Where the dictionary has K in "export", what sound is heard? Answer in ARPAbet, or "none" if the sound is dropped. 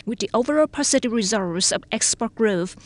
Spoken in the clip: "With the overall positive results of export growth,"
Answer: K